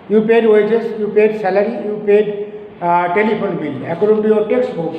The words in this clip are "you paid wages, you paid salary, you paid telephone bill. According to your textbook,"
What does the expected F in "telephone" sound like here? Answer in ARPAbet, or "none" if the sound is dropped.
P